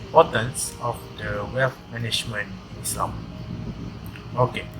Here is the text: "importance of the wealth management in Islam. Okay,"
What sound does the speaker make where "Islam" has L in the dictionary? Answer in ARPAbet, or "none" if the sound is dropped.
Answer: none